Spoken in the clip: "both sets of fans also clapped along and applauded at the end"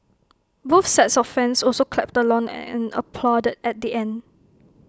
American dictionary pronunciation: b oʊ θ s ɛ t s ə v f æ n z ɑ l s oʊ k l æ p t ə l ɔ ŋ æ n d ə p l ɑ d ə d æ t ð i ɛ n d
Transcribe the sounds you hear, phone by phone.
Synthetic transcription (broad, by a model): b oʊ f s ɛ t s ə f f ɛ n s ɑ l s oʊ k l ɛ p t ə l ɔ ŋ n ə p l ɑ d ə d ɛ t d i ɛ n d